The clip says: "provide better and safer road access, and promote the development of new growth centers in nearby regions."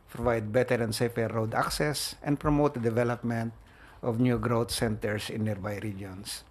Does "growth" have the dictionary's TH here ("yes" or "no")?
no